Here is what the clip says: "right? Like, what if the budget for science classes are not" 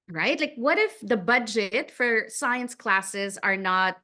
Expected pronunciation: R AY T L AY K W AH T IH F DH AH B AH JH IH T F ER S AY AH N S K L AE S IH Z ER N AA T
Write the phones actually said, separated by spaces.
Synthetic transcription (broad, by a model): R AY T L AY K W AH T IH F DH AH B AH JH IH T F ER S AY AH N S K L AE S IH Z ER N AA T